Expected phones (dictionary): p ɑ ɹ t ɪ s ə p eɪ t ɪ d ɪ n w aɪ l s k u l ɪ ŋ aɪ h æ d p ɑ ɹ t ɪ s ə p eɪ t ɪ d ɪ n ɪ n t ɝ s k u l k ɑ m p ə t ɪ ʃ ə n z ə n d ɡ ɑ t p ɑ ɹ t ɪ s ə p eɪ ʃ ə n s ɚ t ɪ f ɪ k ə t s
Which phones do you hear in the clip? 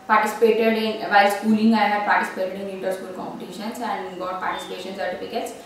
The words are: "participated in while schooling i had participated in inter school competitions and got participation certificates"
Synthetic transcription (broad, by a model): p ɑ ɹ t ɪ s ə p eɪ t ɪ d ɪ n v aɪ s k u l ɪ ŋ aɪ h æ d p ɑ ɹ t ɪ s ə p eɪ t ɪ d ɪ n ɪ t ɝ s k u l k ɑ m p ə t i ʃ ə n s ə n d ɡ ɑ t p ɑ ɹ t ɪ s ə p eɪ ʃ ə n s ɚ t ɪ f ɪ k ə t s